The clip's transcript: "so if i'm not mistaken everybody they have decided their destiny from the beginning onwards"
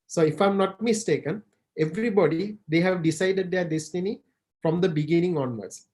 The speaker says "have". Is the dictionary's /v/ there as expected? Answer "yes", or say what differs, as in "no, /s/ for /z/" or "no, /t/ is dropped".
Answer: yes